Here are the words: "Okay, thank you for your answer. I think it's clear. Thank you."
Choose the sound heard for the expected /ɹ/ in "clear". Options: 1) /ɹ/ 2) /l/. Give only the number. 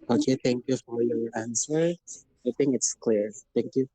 1